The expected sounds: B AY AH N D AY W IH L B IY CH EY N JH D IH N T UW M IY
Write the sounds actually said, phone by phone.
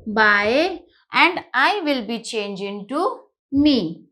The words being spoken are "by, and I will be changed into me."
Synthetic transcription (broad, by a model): B AY AH N D AY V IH L B IY CH EY N JH IH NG T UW M IY